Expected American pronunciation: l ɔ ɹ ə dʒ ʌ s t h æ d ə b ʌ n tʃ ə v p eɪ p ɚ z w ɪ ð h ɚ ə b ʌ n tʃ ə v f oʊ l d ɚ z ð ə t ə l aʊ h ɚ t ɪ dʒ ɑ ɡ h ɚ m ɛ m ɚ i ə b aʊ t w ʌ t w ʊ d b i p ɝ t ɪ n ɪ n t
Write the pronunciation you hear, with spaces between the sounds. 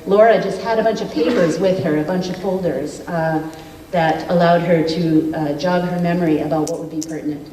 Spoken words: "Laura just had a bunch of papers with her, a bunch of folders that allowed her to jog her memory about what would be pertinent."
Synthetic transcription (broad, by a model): l ɔ ɹ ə dʒ ʌ s t h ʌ d ə b ʌ n tʃ ə v p eɪ p ɚ z w ɪ ð ɚ ə b ʌ n tʃ ə v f oʊ l d ɚ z ð ə t ə l aʊ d ɚ t ɪ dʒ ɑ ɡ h ɚ m ɛ m ɚ i ə b aʊ t w ʌ t w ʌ d b i p ɝ t n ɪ n t